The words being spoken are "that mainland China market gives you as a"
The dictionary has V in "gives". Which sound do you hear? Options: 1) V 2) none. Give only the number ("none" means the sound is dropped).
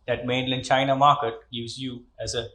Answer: 2